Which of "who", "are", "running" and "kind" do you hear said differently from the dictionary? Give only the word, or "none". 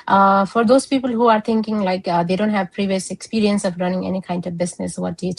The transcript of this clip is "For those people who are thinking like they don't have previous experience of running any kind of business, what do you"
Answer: none